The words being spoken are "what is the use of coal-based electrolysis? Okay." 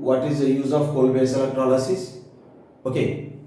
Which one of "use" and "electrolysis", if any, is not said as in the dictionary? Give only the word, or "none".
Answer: electrolysis